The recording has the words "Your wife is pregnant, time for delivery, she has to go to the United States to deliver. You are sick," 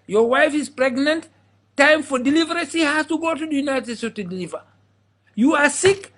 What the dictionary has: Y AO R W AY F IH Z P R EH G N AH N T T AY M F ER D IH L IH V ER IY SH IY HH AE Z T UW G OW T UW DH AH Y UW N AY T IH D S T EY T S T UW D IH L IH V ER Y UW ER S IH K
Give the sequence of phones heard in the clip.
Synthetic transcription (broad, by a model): Y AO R W AY F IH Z P R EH G N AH N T T AY M F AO D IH L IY V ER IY S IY HH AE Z T UW G OW T UW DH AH Y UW N AY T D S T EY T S T UW D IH L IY V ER Y UW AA S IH K